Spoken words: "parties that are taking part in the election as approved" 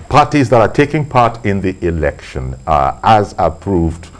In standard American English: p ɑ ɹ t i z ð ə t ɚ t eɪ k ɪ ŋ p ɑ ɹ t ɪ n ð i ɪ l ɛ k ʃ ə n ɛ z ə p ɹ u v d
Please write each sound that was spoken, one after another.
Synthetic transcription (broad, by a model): p ɑ ɹ t i z ð ə t ɚ t eɪ k ɪ ŋ p ɑ ɹ t ɪ n ð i ɪ l ɛ k ʃ ə n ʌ z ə p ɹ u v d